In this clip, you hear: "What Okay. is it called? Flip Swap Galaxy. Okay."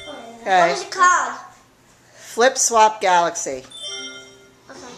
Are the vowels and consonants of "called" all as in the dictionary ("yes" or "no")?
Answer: no